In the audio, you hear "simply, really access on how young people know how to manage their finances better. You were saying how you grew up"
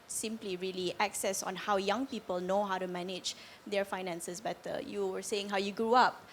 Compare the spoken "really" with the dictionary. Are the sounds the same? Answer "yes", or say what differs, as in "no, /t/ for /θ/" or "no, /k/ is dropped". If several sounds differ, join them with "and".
yes